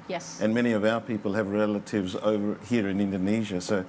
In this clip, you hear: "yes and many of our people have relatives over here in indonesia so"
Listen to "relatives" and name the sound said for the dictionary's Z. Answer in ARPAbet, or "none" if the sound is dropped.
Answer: Z